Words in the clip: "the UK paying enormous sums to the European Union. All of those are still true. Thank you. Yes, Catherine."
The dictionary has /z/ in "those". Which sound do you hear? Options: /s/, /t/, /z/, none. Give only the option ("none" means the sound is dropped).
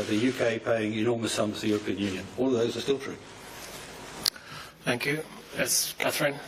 /z/